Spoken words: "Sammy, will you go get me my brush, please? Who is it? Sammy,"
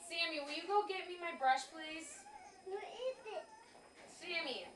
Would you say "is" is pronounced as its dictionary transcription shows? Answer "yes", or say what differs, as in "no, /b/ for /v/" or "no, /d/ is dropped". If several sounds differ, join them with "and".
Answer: no, /s/ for /z/